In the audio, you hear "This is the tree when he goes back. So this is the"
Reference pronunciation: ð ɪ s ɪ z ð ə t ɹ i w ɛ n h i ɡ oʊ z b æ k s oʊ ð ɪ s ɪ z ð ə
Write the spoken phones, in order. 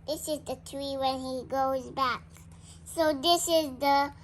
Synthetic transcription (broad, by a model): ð ɪ s ɪ z ð ə t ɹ i w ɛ n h i ɡ oʊ z b æ k s oʊ ð ɪ s ɪ z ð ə